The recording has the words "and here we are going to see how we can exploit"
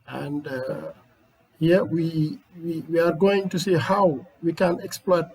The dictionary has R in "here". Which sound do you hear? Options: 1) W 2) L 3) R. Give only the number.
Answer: 1